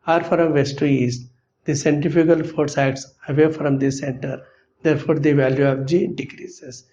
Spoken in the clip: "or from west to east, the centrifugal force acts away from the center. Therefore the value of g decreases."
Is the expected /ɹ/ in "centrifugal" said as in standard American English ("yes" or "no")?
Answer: no